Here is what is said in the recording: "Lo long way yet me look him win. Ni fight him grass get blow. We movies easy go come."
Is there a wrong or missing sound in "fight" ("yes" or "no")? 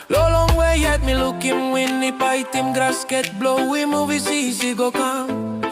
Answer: yes